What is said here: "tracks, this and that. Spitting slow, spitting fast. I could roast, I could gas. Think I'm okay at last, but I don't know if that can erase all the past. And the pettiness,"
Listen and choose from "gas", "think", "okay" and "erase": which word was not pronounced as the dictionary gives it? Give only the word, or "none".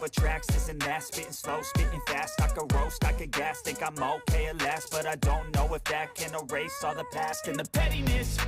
think